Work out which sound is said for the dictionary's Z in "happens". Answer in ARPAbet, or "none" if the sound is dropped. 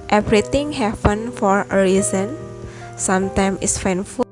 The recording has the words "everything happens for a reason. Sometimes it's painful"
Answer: none